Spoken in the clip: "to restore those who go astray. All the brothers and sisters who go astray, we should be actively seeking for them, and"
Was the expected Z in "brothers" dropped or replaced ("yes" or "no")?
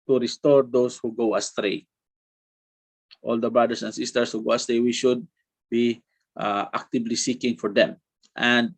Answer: yes